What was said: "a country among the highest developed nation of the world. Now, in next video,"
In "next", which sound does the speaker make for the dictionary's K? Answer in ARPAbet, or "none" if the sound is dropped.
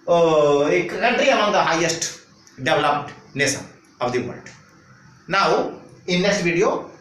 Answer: none